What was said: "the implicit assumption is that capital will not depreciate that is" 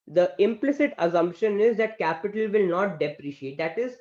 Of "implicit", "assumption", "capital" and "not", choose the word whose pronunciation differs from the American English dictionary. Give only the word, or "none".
none